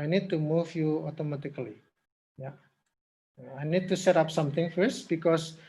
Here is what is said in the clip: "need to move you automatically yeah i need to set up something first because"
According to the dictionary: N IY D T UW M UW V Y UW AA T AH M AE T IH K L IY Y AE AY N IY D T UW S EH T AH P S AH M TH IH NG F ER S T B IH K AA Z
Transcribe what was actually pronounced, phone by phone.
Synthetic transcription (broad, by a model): N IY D T UW M UW F Y UW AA T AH M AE T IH K L IY Y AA AY N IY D T UW S EH T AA P S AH M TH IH NG F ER S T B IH K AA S